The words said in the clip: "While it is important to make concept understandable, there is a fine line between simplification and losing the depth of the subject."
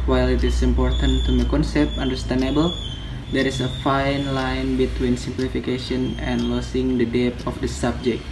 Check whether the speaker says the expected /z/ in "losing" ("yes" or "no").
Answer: no